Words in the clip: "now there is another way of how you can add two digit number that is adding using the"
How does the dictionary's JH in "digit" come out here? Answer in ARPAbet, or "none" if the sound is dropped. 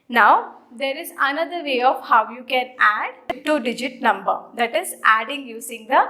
JH